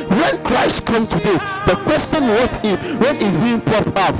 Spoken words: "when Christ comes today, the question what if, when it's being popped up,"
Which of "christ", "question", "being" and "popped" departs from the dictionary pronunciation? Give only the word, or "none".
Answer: popped